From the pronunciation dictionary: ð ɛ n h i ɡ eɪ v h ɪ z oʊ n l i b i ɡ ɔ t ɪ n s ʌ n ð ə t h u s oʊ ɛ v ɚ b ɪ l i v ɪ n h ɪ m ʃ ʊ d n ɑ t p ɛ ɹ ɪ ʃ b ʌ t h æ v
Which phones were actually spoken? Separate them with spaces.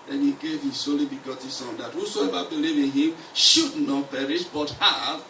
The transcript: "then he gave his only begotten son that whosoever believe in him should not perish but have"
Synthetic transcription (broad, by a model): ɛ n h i ɡ eɪ v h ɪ s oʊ l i b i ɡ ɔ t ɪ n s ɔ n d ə t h u s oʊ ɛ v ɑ b ɪ l i v ɪ n h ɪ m ʃ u d n ɑ t p ɛ ɹ ɪ ʃ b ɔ t h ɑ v